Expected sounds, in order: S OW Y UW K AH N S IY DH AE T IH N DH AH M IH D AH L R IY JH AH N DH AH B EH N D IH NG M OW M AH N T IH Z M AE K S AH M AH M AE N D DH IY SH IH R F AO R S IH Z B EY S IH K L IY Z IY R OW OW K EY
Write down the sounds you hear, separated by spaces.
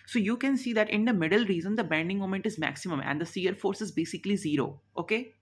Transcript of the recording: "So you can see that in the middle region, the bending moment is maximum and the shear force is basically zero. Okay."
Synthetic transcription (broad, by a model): S OW Y UW K AH N S IY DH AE T IH N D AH M IH D AH L R IY Z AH N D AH B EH N D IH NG M OW M AH N T IH Z M AE K S AH M AH M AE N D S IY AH R F AO R S IH Z B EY S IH K L IY Z IY R OW OW K EY